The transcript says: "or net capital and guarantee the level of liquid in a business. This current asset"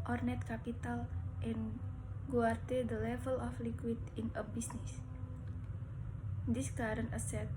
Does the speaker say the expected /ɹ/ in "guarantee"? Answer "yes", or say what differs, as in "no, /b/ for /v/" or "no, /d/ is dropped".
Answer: no, /ɹ/ is dropped